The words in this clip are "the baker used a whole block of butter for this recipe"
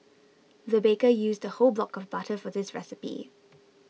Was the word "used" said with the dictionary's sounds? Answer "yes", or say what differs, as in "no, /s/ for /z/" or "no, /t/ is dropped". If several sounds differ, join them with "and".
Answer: yes